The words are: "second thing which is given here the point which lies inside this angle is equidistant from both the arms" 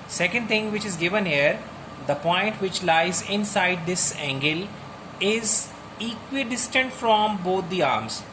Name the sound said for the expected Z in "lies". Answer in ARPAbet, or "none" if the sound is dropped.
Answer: Z